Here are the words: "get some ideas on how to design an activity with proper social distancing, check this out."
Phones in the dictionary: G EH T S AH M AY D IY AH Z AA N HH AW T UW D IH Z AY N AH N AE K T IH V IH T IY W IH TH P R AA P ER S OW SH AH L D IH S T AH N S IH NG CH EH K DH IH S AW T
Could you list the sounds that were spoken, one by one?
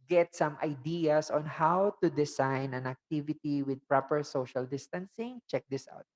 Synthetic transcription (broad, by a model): G EH T S AH M AY D IY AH S AA N HH AW T UW D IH S AY N AH N AE K T IH V IH T IY W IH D P R AA P ER S OW SH AH L D IH S T AH N S IH NG CH EH K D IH S AW T